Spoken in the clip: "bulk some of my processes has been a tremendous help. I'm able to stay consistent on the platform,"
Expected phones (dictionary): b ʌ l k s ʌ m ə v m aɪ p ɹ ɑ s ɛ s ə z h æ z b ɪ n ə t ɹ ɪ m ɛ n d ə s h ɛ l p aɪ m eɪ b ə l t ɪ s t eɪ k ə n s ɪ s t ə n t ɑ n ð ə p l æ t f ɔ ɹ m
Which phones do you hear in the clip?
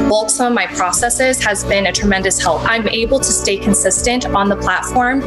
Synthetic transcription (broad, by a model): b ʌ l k s ʌ m ə v m aɪ p ɹ ɑ s ɛ s ə z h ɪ z b ɪ n ə t ɹ ɪ m ɛ n d ə s h ɛ l p aɪ m eɪ b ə l t ɪ s t eɪ k ə n s ɪ s t ə n t n ð ə p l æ t f ɔ ɹ m